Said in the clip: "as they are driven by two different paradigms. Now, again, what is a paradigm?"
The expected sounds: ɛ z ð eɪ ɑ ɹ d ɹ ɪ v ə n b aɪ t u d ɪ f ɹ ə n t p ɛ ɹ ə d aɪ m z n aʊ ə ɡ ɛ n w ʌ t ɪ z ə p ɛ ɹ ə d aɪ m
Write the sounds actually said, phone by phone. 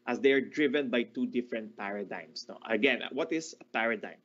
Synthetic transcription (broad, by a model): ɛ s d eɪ ɑ ɹ d ɹ ɪ v ə n b aɪ t u d ɪ f ɹ ə n t p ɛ ɹ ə d aɪ m s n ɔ ə ɡ ɛ n w ʌ t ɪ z ə p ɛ ɹ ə d aɪ m